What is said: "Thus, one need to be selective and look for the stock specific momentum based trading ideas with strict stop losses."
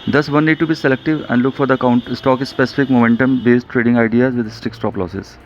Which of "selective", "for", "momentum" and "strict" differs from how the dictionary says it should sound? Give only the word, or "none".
strict